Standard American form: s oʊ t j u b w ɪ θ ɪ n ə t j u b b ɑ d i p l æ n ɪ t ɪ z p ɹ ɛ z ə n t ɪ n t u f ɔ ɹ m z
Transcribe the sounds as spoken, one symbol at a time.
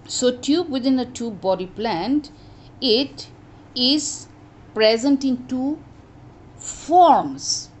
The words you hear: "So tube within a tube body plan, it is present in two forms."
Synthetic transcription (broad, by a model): s oʊ t j u b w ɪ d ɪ n ə t j u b b ɑ d i p l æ n ɪ t ɪ z p ɹ ɛ z ə n t ɪ n t u f ɔ ɹ m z